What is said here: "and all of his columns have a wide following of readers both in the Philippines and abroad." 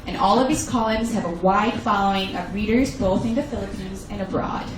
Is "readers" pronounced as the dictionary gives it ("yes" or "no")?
yes